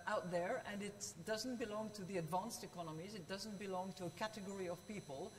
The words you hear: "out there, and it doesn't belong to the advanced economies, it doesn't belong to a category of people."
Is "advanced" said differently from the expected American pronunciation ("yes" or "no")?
no